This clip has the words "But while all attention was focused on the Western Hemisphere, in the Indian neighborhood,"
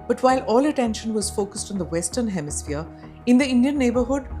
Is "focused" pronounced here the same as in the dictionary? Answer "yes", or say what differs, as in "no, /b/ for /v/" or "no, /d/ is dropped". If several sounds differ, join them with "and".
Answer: yes